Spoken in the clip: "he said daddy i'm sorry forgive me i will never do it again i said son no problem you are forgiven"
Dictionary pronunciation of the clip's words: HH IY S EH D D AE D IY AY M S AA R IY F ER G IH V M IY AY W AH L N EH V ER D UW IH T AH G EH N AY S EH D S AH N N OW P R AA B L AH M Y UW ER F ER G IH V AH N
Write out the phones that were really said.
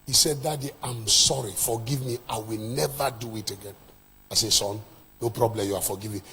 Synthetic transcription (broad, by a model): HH IY S EH D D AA D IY AY M S AA R IY F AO G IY V M IY AY W AH L N EH V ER D UW IH T AH G EH N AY S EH S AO N N OW P R AA B L AH M Y UW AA F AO G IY V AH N